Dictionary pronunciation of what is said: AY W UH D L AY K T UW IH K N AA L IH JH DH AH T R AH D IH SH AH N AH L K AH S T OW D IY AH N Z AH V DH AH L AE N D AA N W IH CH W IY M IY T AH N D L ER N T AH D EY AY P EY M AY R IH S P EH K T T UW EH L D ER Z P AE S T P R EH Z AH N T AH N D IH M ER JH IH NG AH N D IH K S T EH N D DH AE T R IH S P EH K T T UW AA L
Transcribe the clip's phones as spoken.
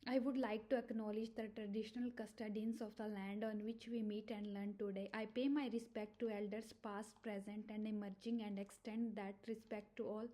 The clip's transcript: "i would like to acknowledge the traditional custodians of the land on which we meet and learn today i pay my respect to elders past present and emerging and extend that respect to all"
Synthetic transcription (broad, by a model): AY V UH D L AY K T UW IH K N AA L IH JH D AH T R AH D IH SH AH N AH L K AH S T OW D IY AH N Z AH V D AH L AE N D AA N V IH CH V IY M IY T AH N D L ER N T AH D EY AY P EY M AY R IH S P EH K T T UW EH L D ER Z P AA S T P R EH Z AH N T AH N D IH M ER JH IH NG AH N D IH K S T EH N D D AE T R IH S P EH K T T UW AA L